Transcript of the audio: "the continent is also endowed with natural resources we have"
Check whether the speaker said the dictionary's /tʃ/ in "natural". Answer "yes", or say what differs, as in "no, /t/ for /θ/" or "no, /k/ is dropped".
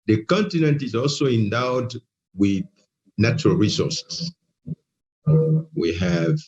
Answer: yes